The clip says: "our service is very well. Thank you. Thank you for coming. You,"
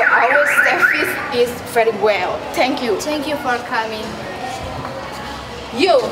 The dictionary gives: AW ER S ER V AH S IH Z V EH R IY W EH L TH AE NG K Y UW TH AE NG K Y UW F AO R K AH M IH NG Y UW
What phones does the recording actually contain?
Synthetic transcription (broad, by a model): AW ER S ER F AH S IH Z V EH R IY W EH L T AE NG K Y UW T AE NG K Y UW F AO R K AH M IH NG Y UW